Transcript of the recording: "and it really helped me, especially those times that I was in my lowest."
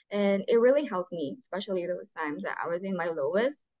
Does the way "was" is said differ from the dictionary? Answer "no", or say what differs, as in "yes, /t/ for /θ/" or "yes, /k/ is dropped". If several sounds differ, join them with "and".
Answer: no